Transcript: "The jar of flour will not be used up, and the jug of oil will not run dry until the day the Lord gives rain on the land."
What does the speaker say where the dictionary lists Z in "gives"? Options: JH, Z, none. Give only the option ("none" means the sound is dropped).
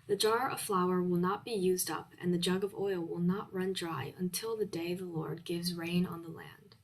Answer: Z